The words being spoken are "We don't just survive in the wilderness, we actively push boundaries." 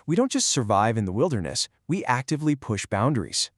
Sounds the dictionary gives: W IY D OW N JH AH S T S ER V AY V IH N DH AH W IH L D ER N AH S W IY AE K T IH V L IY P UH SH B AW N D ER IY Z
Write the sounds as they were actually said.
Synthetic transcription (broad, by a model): W IY D OW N JH AH S T S ER V AY V IH N DH AH W IH L D ER N AH S W IY AE K T IH V L IY P UH SH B AW N D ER IY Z